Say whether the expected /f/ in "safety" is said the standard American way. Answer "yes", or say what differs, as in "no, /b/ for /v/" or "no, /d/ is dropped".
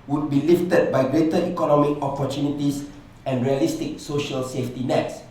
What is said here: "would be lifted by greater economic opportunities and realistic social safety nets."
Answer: yes